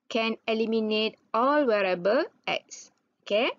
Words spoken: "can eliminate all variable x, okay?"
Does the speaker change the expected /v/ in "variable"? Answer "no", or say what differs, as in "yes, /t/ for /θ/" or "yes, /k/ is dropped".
yes, /w/ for /v/